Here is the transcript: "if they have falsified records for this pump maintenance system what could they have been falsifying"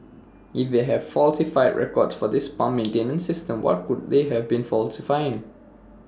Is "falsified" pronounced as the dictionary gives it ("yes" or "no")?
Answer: yes